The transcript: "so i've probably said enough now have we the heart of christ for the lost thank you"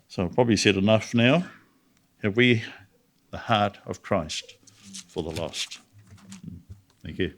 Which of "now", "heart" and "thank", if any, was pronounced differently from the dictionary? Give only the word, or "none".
none